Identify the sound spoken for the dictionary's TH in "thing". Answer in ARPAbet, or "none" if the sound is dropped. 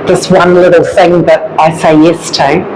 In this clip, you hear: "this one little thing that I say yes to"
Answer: TH